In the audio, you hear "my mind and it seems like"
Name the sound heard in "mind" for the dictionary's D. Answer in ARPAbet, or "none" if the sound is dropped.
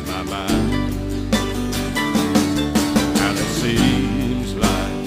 none